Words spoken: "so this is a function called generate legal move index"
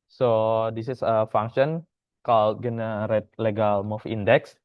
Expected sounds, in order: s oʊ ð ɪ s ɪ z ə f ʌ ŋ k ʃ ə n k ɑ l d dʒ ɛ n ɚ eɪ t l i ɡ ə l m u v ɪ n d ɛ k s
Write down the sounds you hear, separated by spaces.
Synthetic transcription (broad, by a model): s oʊ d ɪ s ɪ s ə f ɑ ŋ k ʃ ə n k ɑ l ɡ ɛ n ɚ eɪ t l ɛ ɡ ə l m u f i n d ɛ k s